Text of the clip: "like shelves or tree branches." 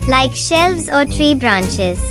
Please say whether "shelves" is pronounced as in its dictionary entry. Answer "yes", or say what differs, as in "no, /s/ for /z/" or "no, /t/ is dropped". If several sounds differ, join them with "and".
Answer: yes